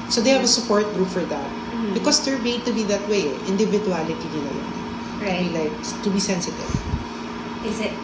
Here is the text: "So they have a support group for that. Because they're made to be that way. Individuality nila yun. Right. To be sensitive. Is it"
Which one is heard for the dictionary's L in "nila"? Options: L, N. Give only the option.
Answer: N